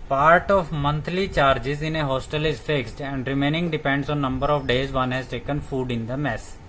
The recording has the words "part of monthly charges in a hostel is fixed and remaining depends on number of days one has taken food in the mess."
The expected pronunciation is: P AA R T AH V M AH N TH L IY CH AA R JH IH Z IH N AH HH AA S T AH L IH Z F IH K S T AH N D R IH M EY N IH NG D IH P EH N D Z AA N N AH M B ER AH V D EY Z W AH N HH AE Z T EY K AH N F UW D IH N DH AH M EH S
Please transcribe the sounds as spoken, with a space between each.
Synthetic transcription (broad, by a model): P AA R T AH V M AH N T L IY CH AA R JH IH Z IH N AH HH AA S T AH L IH Z F IH K S T AH N D R IH M EY N IH NG D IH P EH N D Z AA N N AH M B ER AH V D EY Z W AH N HH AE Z T EY K AH N F UW D IH N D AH M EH S